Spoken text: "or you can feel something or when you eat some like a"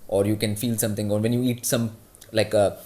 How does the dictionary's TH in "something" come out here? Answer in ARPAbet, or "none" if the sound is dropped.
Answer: T